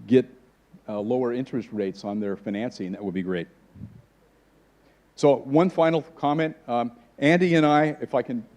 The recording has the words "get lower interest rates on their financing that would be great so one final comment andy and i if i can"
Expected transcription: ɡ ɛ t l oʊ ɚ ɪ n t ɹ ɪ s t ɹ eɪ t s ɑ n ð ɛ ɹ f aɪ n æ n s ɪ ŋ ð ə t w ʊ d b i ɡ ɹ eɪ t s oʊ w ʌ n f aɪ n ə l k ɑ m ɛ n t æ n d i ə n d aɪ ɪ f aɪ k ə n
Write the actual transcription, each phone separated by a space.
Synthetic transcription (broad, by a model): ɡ ɛ t l oʊ ɚ ɪ n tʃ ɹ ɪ s t ɹ eɪ t s n ð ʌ ɹ f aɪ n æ n s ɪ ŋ ð ə t w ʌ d b i ɡ ɹ eɪ t s oʊ w ʌ n f aɪ n l k ɑ m ɛ n t æ n d i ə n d aɪ ɪ f aɪ k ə n